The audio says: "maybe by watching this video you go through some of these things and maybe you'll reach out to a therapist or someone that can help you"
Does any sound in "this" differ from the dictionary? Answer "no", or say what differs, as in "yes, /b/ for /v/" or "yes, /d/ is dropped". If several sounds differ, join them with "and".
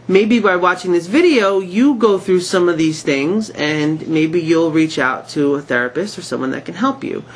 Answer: no